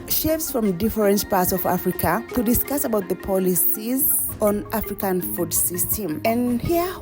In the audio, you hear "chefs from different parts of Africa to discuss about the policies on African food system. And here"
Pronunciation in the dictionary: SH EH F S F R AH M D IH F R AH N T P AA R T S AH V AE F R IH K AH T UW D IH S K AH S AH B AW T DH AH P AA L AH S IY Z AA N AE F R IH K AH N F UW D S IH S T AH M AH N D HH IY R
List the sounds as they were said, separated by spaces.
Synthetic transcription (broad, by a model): SH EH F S F R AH M D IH F R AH N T P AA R T S AH V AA F R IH K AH T UW D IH S K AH S AH B AW T DH AH P AA L AH S IY Z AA N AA F R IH K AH N F UW D S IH S T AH M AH N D HH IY